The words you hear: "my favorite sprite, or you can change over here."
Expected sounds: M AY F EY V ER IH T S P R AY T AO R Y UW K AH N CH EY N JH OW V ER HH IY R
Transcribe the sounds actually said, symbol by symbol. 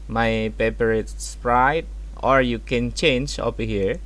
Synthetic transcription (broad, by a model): M AY P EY P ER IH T S P R AY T AO R Y UW K AH N CH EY N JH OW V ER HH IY R